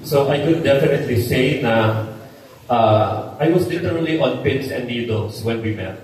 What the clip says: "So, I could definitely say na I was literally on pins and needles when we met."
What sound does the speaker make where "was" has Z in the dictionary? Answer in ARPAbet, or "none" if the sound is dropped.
S